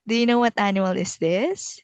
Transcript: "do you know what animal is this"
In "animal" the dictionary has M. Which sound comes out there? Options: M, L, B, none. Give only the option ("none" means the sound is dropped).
none